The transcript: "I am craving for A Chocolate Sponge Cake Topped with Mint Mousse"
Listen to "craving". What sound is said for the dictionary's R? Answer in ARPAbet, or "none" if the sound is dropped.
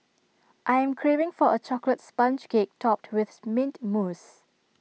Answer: R